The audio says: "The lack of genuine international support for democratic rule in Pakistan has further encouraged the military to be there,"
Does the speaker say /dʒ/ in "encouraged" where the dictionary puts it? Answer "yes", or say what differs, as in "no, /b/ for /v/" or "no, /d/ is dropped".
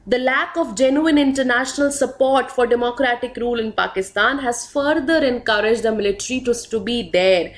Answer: yes